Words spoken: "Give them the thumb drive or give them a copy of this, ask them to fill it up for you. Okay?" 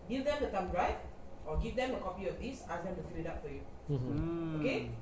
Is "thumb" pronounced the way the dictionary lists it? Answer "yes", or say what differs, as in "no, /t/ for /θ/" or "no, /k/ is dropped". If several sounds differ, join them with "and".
no, /t/ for /θ/